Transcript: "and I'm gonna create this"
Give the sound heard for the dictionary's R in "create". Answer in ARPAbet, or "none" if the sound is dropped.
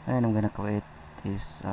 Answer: none